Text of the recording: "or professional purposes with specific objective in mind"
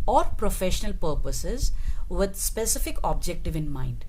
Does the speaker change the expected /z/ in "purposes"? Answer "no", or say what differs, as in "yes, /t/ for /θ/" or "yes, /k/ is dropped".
no